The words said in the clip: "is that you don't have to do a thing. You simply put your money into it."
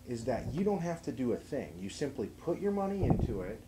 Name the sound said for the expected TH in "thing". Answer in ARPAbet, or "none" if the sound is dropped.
TH